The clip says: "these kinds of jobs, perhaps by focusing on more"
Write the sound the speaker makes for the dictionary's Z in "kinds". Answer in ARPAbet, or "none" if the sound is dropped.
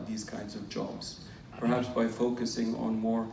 Z